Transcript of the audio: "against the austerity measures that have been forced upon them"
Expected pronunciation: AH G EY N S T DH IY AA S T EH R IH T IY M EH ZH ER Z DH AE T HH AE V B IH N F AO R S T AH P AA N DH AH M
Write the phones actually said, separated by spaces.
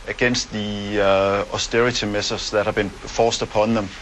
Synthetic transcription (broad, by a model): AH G EY N S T DH IY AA S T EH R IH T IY M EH S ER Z DH AE T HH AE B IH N F AO S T AH P AA N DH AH M